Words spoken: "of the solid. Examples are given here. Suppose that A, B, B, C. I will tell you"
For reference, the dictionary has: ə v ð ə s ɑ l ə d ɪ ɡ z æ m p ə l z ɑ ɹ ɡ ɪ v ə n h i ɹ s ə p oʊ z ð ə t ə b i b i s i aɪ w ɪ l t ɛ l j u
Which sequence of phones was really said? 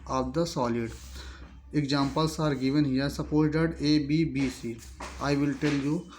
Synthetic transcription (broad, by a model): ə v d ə s ɑ l ə d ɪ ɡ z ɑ m p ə l s ɑ ɹ ɡ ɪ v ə n h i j s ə p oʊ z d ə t ə b i b i s i aɪ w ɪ l t ɛ l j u